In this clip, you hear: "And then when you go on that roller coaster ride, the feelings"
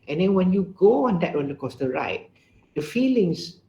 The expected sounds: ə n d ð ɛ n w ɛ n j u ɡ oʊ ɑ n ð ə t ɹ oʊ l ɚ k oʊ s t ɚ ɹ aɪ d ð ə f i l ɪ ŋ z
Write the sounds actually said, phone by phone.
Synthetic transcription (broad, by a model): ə n d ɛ n w ɛ n j u ɡ oʊ ɑ n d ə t w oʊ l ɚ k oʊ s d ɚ ɹ aɪ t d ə f i l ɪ ŋ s